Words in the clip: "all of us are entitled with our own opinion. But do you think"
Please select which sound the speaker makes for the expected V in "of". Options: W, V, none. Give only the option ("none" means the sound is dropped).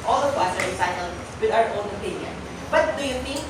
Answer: W